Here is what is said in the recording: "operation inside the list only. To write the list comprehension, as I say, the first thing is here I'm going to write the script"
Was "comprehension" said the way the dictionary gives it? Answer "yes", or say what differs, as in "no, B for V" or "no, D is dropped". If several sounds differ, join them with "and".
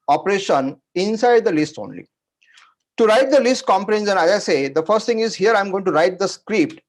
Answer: no, S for SH